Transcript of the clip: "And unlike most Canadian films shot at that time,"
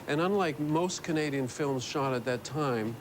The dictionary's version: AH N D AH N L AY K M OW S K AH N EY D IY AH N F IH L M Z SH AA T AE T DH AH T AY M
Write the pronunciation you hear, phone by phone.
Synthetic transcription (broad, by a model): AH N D AH N L AY K M OW S K AH N EY D IY AH N F IH L M Z SH AA T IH T DH AH T AY M